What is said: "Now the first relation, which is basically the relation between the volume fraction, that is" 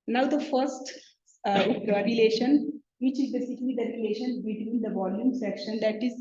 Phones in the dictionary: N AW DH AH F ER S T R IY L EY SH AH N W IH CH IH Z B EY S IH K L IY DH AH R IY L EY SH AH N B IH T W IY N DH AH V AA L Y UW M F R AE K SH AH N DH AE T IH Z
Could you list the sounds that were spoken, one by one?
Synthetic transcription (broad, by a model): N AW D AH F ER S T R IY L EY SH AH N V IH CH IH Z B EY S IH K L IY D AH R IY L EY SH AH N B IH T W IY N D AH V AA L Y UW M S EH K SH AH N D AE T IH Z